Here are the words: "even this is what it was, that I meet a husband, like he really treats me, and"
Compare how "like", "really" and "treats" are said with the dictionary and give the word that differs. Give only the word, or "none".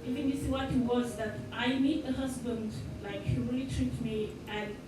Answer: treats